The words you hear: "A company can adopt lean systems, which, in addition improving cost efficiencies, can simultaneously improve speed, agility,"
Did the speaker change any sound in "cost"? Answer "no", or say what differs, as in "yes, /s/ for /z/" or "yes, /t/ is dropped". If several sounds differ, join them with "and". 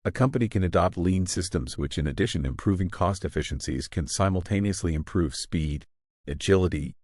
no